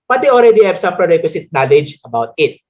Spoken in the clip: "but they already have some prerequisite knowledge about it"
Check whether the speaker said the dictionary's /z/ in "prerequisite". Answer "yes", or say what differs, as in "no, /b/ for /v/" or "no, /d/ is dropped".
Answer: no, /s/ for /z/